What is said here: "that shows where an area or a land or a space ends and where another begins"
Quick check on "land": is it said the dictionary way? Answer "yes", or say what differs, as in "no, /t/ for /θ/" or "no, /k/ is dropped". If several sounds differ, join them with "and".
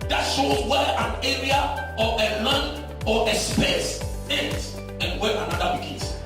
no, /d/ is dropped